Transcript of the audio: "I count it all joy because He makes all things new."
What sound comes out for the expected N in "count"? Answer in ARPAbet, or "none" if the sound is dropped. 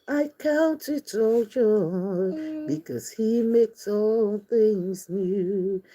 N